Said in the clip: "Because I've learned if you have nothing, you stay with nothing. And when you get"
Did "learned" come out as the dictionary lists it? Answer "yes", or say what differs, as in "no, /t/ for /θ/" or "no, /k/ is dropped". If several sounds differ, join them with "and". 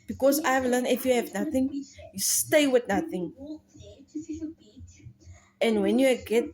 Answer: no, /d/ is dropped